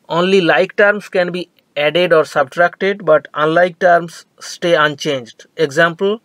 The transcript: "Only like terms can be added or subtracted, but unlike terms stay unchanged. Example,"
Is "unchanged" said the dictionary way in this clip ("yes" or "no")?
yes